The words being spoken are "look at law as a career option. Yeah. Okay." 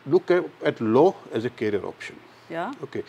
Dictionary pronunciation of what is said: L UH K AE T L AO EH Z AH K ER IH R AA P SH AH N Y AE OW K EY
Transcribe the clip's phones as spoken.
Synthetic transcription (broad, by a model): L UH K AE T L AO EH Z AH K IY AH R AA P SH AH N Y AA OW K EY